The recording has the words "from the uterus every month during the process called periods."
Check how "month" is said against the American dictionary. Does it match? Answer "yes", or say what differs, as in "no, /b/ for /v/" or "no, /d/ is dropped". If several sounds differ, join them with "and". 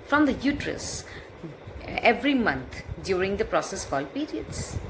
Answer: no, /t/ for /θ/